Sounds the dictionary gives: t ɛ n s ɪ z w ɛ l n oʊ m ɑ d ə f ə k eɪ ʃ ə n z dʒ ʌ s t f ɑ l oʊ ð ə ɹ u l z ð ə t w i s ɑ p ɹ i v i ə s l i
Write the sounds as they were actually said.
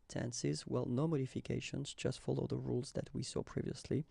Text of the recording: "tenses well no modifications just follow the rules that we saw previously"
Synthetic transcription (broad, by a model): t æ n s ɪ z w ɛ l n oʊ m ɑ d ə f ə k eɪ ʃ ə n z dʒ ʌ s t f ɑ l oʊ ð ə ɹ u l z ð ə t w i s ɑ p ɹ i v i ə s l i